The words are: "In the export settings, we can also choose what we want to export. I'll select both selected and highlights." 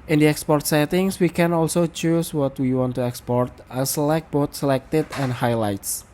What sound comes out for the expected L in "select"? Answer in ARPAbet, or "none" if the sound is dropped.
none